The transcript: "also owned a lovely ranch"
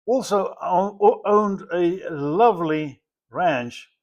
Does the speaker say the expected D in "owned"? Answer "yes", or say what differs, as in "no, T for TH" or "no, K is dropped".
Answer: yes